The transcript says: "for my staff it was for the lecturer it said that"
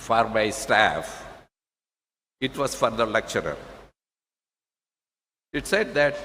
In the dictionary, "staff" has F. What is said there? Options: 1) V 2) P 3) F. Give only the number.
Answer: 3